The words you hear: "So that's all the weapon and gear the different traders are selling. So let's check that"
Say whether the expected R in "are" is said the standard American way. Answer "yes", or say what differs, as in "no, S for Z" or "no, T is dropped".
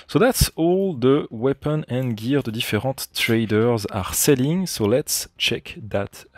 yes